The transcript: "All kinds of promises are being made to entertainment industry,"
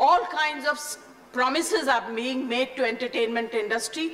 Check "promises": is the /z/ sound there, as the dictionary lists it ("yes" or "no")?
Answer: yes